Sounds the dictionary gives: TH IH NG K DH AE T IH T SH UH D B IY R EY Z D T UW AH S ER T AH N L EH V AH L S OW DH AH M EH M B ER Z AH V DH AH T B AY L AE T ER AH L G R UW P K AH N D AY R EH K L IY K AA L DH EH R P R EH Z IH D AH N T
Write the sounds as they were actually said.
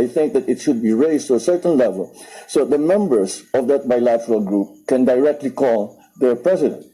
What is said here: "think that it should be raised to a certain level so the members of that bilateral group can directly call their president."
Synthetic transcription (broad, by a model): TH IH NG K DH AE T IH T SH UH D B IY R EY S T UW AH S ER T AH N L EH V AH L S OW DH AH M EH M B ER S AH V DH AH T B AY L AE T ER AH L G R UW P K AH N D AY R EH K L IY K AA L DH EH R P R EH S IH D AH N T